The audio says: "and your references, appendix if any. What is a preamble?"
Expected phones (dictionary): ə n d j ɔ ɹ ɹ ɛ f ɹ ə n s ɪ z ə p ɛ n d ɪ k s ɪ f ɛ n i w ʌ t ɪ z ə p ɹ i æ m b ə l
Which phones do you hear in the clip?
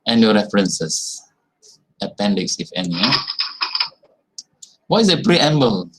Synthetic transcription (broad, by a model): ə n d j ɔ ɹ ɹ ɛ f ɹ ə n s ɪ s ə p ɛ n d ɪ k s ɪ f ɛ n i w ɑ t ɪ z ə p ɹ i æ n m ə l